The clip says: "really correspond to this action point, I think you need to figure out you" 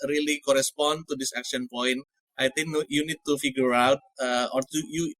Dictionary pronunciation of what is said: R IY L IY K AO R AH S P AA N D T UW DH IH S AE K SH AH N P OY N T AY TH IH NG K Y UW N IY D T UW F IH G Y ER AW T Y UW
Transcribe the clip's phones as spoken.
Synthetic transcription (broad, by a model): R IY L IY K AO R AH S P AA N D T UW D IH S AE K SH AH N P OY N T AY T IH NG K Y UW N IY D T UW F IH G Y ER AW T Y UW